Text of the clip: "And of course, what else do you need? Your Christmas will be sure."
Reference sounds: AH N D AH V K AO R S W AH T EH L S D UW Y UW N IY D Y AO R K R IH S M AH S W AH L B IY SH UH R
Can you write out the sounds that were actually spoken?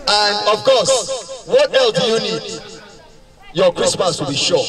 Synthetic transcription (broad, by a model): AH N D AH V K AO S W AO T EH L D UW Y UW N IY D Y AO K R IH S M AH S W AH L B IY SH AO